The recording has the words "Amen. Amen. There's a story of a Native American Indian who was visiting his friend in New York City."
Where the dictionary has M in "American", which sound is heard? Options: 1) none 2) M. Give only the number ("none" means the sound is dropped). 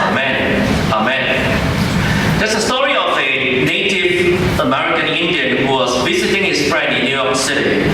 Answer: 2